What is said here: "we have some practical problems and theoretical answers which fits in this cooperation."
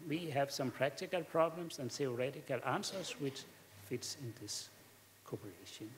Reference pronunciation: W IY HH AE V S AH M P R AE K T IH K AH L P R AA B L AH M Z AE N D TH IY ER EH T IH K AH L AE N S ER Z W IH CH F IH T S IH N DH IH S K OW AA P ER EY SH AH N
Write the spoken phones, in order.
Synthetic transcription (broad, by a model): W IY HH AE V S AH M P R AE K T IH K AH L P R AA B L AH M S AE N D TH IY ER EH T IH K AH L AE N S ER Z W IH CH F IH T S IH N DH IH S K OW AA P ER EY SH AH N